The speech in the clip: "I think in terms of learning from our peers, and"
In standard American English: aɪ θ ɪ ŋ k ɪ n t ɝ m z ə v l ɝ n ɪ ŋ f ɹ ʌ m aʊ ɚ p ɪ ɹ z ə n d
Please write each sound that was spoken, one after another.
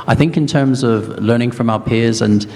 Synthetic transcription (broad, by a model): aɪ θ ɪ ŋ k ɪ n t ɝ m z ə v l ɝ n ɪ ŋ f ɹ ʌ m aʊ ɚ p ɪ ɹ z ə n